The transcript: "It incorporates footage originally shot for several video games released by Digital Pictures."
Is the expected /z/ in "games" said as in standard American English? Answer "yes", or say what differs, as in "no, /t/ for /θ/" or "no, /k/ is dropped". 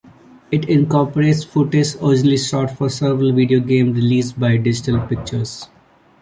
no, /z/ is dropped